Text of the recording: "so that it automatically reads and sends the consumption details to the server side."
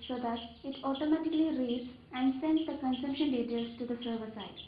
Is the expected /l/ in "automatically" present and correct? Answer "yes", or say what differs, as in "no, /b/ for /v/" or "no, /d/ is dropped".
yes